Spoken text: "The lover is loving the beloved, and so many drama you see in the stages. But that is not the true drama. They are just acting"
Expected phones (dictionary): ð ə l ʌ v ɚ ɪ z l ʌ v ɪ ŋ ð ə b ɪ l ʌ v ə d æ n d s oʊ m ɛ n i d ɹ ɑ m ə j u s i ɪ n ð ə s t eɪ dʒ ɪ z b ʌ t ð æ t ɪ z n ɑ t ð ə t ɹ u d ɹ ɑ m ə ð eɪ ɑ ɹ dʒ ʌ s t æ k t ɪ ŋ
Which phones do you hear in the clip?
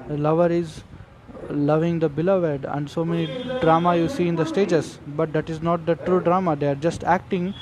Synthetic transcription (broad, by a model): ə l ʌ v ɚ ɪ z l ʌ v ɪ ŋ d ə b ɪ l ʌ v ə d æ n d s oʊ m ɛ n i d ɹ ɑ m ə j u s i ɪ n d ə s t eɪ dʒ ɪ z b ʌ t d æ t ɪ z n ɑ t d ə t ɹ u d ɹ ɑ m ə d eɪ ɑ ɹ dʒ ʌ s t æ k t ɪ ŋ